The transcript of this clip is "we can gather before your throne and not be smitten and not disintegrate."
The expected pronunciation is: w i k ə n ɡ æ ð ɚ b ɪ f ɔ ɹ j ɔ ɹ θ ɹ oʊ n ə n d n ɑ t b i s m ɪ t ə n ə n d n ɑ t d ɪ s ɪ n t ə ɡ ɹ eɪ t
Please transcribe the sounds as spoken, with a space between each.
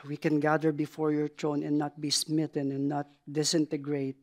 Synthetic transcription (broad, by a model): w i k ə n ɡ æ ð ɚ b ɪ f ɔ ɹ j ɔ ɹ t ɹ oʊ n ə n n ɑ t b i s m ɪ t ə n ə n n ɑ t d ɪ s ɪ n t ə ɡ ɹ eɪ t